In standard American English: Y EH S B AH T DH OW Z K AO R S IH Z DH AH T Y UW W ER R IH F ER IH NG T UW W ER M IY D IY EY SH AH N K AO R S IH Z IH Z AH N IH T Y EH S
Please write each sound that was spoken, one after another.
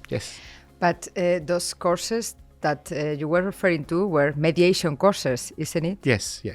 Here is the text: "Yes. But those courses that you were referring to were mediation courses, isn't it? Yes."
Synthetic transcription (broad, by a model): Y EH S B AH T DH OW S K AO R S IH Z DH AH T Y UW W ER R IH F ER IH NG T UW W ER M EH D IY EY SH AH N K AO R S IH S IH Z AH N IH T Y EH S